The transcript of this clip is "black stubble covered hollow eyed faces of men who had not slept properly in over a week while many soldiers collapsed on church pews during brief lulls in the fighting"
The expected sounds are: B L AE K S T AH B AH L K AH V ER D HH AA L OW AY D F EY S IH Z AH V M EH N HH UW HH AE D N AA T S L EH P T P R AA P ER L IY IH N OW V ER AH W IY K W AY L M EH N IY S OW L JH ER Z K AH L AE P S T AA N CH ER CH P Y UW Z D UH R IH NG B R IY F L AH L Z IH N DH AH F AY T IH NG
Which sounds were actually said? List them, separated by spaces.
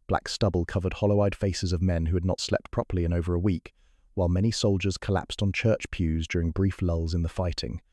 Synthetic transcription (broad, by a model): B L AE K S T AH B AH L K AH V ER D HH AA L OW AY D F EY S IH Z AH V M EH N HH UW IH D N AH T S L EH P T P R AA P ER L IY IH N OW V ER AH W IY K W AY L M EH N IY S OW L JH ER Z K AH L AE P S T N CH ER CH P Y UW Z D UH R IH NG B R IY F L AH L Z IH N DH AH F AY T IH NG